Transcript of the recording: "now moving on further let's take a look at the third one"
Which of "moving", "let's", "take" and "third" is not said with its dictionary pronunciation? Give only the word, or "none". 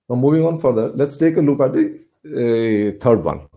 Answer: third